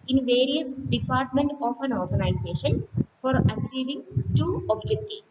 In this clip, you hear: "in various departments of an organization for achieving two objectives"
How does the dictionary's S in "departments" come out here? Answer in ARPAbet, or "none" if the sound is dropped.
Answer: none